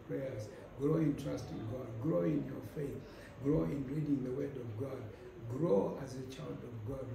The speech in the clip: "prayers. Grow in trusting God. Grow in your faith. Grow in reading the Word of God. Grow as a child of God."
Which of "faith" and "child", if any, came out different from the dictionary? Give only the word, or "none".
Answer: none